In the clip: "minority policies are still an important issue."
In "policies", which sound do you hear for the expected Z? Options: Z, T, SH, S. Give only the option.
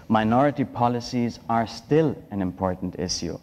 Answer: Z